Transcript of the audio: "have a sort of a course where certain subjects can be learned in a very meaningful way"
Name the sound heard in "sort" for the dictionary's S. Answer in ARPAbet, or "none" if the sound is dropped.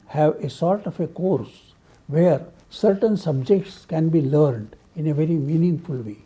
S